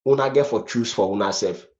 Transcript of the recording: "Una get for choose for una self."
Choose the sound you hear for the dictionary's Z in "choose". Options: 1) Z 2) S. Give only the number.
2